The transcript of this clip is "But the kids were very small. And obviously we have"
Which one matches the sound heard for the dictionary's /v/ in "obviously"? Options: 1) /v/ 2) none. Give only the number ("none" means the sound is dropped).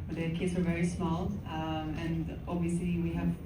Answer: 1